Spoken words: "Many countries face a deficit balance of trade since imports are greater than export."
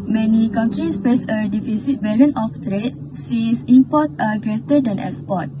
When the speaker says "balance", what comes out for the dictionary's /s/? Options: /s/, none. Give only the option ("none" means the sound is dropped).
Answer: none